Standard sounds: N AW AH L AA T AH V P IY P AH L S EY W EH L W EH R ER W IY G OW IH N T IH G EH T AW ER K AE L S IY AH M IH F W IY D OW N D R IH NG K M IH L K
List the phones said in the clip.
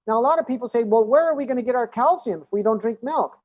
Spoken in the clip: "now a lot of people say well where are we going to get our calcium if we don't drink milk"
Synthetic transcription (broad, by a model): N AW AH L AA T AH V P IY P L S EY W EH L W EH R ER W IY G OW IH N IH G EH T AW ER K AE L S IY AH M IH F W IY D OW N D R IH NG K M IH L K